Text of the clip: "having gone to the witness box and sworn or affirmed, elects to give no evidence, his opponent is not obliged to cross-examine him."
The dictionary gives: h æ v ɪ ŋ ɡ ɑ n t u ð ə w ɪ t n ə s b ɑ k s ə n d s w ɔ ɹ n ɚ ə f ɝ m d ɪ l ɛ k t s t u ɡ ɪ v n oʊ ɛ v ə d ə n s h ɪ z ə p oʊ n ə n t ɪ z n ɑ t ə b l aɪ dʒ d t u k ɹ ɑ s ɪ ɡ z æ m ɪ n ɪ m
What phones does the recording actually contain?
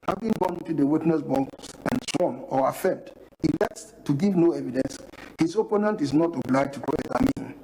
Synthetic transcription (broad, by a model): h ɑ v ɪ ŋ ɡ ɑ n t u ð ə w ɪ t n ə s b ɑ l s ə n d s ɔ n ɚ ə f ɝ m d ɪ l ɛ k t s t u ɡ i v n oʊ ɛ v ə d ə n s h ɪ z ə p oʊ n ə n t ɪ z n ɑ t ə b l aɪ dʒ t u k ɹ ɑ ɪ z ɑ m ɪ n